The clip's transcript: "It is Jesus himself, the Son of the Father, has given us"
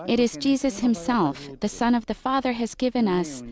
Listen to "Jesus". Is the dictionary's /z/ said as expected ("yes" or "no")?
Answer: yes